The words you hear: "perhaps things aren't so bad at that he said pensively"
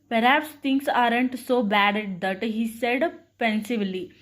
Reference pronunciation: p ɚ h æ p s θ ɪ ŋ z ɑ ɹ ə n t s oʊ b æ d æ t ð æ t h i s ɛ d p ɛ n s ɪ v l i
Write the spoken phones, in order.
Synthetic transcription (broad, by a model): p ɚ h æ p s t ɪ ŋ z ɑ ɹ ə n t s oʊ b æ d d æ t h i s ɛ d p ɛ n s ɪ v l i